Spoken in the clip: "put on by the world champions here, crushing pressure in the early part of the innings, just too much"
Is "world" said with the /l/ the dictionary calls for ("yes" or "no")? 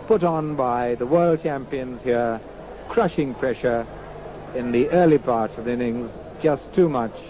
yes